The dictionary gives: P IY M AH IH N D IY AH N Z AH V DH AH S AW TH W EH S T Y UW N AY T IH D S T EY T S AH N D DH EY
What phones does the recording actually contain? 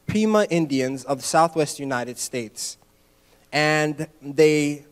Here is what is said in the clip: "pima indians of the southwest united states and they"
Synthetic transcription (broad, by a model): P IY M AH IH N D IY AH N Z AH V DH AH S AW TH W EH S T Y UW N AY T IH D S T EY T S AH N DH EY